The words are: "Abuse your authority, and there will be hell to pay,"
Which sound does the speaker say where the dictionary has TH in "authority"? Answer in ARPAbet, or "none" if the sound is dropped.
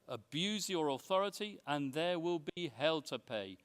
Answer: TH